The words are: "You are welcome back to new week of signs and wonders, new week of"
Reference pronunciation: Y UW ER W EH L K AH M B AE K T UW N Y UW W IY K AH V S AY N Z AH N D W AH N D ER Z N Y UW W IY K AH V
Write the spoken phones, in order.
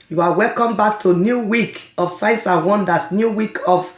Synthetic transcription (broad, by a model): Y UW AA W EH L K AH M B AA K T UW N Y UW W IY K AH F S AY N S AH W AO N D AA S N Y UW W IY K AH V